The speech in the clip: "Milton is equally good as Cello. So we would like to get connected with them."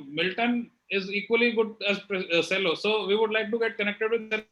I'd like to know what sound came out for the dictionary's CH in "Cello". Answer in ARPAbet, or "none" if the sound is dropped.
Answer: S